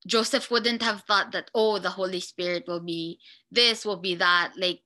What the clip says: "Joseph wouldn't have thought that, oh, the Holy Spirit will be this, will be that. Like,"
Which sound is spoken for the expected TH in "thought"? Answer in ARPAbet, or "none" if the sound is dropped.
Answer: TH